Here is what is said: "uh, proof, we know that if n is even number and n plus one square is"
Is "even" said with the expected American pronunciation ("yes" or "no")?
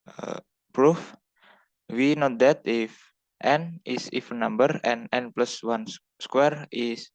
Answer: no